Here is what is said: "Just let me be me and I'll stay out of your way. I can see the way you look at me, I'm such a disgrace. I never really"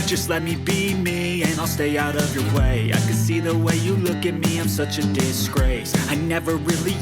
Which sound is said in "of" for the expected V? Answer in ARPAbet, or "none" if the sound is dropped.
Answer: V